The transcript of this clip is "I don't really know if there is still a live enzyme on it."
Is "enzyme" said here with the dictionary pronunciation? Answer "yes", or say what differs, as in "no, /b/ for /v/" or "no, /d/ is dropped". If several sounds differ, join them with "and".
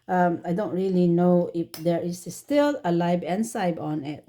no, /s/ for /z/